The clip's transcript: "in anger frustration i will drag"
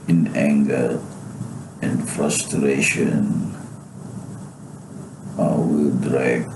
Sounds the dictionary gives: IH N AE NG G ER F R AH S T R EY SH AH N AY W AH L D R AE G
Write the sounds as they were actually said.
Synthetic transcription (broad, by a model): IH N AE NG G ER F R AH S T R EY SH AH N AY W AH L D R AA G